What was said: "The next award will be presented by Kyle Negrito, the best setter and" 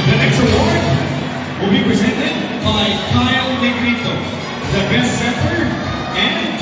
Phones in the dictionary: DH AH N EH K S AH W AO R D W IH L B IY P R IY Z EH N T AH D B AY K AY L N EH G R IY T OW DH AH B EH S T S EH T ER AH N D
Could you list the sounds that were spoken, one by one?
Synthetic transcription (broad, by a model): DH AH N EH K S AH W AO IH W IH L B IY P R IY Z EH N T AH D B AY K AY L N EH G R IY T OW DH AH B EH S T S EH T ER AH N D